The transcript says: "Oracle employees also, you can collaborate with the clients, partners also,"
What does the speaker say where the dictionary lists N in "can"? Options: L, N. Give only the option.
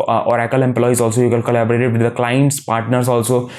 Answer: L